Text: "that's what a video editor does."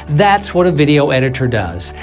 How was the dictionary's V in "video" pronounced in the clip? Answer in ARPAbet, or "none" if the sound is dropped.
V